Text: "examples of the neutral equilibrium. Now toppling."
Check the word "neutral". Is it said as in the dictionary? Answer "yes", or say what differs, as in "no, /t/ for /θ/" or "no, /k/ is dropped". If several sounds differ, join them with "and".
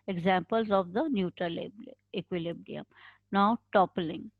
no, /l/ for /ɹ/